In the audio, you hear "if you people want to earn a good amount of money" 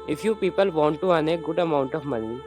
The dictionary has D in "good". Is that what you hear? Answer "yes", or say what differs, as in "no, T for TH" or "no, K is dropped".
yes